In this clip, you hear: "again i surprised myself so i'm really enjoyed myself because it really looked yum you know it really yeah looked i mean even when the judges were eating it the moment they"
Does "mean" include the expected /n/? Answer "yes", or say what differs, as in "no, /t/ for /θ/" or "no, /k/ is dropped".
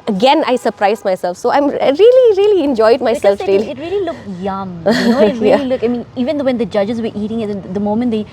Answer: yes